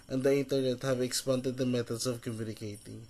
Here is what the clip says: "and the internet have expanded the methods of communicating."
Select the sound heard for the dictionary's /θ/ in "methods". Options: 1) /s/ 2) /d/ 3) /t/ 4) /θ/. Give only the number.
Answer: 3